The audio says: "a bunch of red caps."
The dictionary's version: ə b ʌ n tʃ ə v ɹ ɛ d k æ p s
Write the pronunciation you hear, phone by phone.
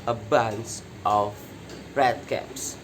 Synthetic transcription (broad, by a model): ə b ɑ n s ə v ɹ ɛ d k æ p s